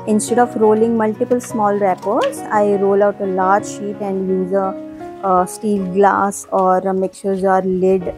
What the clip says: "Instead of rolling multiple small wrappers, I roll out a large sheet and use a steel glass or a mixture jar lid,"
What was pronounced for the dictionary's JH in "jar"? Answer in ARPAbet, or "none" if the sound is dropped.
Z